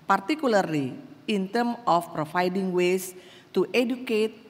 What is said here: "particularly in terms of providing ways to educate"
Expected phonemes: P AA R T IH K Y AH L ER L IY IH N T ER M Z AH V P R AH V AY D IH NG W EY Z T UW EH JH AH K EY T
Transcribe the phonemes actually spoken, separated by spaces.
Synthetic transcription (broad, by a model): P AA R T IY K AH L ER L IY IH N T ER M AH F P R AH F AY D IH NG W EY S T UW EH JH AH K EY T